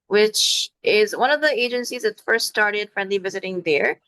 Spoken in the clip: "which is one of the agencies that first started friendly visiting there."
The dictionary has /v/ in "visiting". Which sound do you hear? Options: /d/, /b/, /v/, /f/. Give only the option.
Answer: /v/